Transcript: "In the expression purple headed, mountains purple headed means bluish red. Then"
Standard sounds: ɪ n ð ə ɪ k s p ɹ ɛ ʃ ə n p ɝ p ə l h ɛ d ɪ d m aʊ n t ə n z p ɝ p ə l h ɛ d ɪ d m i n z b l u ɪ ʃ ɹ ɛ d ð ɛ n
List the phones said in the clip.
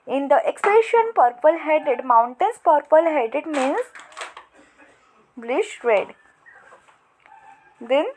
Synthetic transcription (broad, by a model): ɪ n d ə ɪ k s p ɛ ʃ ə n p ɝ p ə l h ɛ d ɪ d m aʊ n t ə n s p ɝ p ə l h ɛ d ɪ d m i n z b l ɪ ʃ ɹ ɛ d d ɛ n